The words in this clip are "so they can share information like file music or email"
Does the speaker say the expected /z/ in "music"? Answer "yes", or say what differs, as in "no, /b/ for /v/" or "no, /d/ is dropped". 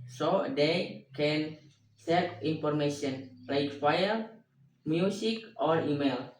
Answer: no, /s/ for /z/